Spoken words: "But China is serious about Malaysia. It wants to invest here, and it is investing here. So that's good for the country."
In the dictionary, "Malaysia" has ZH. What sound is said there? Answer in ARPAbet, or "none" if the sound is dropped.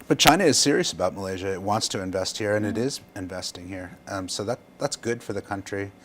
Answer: ZH